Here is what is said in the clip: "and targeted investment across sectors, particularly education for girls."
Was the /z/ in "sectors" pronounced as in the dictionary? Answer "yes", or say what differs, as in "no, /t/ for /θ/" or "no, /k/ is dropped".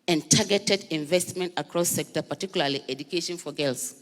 no, /z/ is dropped